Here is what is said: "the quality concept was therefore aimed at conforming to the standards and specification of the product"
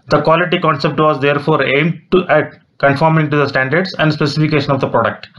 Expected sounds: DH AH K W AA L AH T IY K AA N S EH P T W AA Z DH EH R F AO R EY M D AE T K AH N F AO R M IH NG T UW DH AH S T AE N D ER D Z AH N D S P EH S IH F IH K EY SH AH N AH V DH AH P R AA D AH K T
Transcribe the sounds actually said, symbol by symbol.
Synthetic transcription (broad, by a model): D AH K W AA L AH T IY K AA N S EH P T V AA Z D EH R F AO R EY M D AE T K AH N F AO R M IH NG T UW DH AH S T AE N D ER D S AH N D S P EH S IH F IH K EY SH AH N AH V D AH P R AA D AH K T